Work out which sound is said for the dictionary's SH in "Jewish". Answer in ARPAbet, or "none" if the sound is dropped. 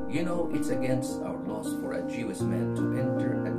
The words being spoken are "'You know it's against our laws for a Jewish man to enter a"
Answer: S